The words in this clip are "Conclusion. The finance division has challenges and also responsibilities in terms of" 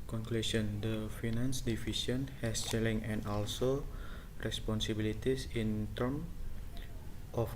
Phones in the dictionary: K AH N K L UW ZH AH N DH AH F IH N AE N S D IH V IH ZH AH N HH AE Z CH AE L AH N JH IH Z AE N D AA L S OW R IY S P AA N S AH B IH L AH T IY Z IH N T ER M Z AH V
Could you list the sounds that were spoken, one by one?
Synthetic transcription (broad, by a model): K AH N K L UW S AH N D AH F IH N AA N S D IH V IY S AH N HH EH S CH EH L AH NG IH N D AA L S OW R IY S P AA N S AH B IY L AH T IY S IH N T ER M AH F